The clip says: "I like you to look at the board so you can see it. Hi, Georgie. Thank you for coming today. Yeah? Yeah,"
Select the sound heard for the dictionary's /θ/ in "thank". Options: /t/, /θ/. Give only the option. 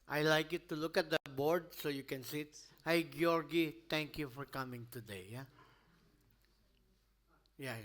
/t/